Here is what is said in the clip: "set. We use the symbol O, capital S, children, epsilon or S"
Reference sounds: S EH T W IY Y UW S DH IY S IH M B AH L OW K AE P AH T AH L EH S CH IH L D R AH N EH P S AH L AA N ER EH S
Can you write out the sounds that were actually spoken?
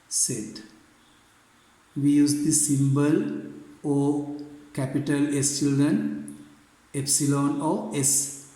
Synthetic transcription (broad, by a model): S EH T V IY Y UW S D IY S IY M B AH L OW K AE P AH T AH L EH S CH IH L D R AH N EH P S AH L AA N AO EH S